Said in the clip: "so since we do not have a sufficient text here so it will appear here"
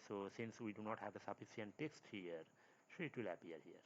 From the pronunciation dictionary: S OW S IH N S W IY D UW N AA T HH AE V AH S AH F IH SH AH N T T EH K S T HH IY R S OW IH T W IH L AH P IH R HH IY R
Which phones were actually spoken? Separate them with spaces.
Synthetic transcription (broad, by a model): S OW S IH N S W IY D UW N AA T HH AE V AH S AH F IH S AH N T T EH K S T HH IY R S IH T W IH L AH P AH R HH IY R